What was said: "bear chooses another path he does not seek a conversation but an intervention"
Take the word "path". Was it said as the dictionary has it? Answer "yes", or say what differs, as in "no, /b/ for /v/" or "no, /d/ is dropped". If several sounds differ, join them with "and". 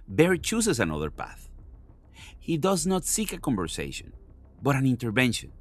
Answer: yes